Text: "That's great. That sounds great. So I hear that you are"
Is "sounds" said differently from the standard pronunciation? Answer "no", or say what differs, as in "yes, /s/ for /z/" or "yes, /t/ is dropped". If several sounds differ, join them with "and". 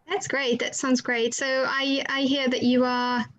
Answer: no